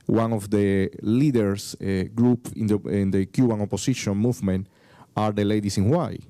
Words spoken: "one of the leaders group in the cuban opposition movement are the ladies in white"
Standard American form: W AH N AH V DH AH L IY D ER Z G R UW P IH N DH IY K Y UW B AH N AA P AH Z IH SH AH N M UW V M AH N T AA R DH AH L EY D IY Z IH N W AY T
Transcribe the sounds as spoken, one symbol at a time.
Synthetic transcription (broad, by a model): W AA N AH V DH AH L IY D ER S G R UW P IH N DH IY K Y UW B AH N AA P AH S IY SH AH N M UW V M AH N T AA R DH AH L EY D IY S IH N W AY